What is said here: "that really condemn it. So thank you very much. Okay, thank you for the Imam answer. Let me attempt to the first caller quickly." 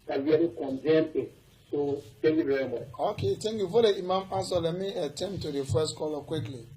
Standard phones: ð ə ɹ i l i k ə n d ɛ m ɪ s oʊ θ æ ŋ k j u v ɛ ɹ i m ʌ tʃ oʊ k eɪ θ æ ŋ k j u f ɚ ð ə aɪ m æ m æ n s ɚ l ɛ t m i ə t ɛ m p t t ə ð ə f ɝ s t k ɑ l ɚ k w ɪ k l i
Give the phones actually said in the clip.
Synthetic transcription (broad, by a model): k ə w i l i k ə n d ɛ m ɪ s oʊ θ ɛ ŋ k j u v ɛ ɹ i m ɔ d oʊ k eɪ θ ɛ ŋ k j u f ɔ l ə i m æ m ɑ s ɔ l ɛ t m i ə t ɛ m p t t ə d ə f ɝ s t k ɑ l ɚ k w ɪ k l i